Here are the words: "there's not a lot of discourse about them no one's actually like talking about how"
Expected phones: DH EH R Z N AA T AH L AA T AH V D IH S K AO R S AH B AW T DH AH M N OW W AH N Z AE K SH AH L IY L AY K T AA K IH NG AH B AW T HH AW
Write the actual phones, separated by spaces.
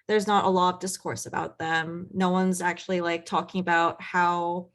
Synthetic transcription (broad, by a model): DH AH R Z N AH T AH L AA T AH V D IH S K AO R S AH B AW T DH AH M N OW W AH N Z AE K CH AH L IY L AY K T AA K IH NG AH B AW T HH AW